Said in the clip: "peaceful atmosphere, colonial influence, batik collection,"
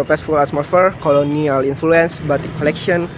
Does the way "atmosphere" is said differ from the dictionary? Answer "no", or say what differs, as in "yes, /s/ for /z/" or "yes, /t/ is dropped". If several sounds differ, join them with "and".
yes, /s/ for /t/ and /s/ is dropped